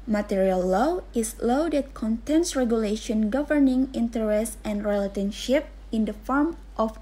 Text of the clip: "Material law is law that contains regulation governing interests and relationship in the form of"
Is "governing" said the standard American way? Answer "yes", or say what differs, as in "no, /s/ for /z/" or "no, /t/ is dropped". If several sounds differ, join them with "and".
yes